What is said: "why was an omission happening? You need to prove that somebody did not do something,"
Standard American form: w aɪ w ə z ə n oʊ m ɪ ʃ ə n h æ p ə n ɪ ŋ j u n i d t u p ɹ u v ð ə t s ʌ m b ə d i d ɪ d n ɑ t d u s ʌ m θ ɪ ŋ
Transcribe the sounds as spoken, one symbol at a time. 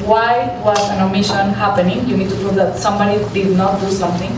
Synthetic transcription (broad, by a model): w aɪ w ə s ə n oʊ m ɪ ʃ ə n h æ p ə n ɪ ŋ j u n i d t u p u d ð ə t s ʌ m b ə d i d ɪ d n ɑ t d u s ʌ m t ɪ ŋ